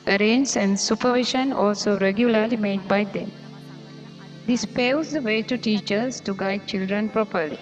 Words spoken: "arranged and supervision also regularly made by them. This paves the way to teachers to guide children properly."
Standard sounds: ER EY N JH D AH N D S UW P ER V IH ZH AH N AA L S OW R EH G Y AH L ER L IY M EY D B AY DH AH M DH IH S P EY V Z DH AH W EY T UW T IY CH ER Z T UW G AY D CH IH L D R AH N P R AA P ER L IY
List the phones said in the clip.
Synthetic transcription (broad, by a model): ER EY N JH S AH N D S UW P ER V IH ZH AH N AA L S OW R EH G Y AH L ER L IY M EY D B AY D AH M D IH S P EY Z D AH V EY T UW T IY CH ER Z T UW G AY D CH IH L D R AH N P R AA P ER L IY